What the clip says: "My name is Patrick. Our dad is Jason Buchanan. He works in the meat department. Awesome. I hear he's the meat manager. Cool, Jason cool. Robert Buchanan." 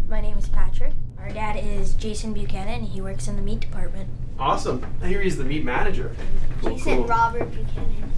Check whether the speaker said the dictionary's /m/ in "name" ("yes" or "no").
yes